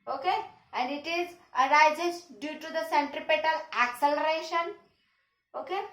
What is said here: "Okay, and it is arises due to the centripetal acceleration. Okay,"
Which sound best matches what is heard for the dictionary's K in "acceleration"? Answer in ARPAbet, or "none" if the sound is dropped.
K